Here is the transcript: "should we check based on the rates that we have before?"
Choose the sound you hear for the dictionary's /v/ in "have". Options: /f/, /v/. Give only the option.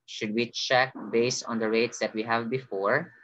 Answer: /v/